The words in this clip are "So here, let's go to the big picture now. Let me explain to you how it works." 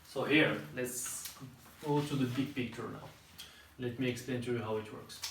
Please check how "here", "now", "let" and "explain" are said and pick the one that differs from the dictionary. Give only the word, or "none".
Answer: none